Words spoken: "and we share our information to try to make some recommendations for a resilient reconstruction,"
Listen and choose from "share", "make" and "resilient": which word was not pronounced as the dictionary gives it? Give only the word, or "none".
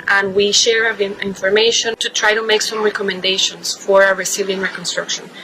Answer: resilient